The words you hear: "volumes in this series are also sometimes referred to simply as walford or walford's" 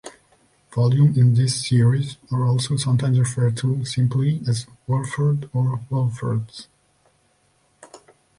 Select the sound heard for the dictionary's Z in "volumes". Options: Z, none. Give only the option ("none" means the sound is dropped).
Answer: none